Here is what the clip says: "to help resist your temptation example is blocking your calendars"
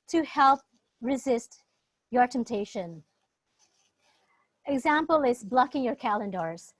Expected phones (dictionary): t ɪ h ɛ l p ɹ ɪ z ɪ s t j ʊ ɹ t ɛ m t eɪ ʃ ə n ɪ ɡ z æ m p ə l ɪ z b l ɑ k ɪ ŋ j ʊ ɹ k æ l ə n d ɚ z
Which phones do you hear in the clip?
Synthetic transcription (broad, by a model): t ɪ h ɛ l p ɹ ɪ z ɪ s t j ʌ ɹ t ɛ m t eɪ ʃ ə n ɪ ɡ z æ m p ə l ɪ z b l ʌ k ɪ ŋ j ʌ ɹ k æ l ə n d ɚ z